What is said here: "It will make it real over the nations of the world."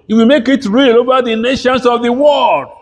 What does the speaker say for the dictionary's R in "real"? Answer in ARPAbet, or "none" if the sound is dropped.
R